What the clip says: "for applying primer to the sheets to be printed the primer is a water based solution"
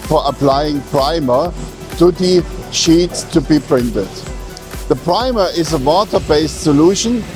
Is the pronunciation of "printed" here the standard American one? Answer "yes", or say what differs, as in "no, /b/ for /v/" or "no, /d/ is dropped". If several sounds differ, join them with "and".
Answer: yes